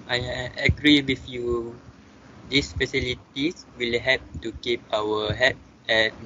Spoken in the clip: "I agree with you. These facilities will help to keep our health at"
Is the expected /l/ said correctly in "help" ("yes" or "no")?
no